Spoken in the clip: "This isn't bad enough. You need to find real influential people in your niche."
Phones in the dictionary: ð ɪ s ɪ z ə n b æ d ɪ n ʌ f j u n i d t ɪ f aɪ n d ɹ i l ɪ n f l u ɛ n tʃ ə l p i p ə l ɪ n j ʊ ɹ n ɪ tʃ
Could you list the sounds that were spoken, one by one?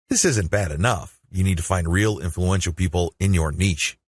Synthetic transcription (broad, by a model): ð ɪ s ɪ z ə n b æ d ɪ n ʌ f j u n i d t ɪ f aɪ n d ɹ i l ɪ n f l u ɛ n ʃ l p i p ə l ɪ n j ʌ ɹ n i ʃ